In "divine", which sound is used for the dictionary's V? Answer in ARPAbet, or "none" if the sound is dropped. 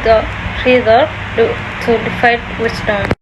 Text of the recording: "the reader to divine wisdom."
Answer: F